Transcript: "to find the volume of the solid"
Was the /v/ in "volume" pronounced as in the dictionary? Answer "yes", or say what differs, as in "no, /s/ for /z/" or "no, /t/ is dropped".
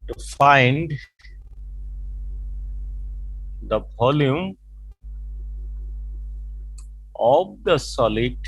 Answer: no, /p/ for /v/